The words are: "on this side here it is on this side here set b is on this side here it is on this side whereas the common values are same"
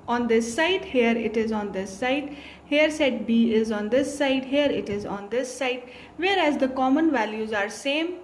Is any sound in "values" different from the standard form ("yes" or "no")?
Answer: no